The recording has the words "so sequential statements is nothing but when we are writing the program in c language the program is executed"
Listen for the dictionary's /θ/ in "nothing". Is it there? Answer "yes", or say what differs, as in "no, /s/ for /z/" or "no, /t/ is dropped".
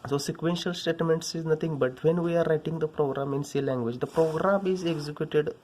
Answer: no, /t/ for /θ/